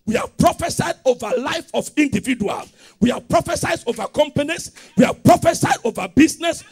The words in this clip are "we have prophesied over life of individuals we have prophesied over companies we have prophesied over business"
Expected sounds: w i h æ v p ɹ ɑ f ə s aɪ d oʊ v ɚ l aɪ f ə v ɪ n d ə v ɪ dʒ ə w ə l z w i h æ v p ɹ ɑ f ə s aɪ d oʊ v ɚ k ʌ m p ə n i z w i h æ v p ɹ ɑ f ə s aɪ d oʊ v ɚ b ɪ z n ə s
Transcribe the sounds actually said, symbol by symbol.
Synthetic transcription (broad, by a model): w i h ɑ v p ɹ ɑ f ə s aɪ d oʊ v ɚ l aɪ f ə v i n d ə v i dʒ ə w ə l w i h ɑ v p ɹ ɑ f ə s aɪ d oʊ v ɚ k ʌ m p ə n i s w i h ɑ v p ɹ ɑ f ə s aɪ d oʊ v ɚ b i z n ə s